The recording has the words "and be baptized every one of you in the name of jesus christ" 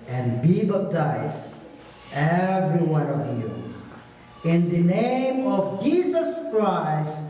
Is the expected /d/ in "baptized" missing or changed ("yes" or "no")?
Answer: yes